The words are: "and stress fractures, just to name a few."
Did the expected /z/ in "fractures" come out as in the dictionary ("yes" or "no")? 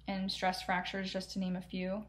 yes